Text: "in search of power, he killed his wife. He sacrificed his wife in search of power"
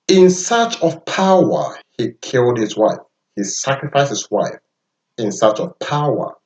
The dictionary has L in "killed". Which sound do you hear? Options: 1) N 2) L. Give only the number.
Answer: 2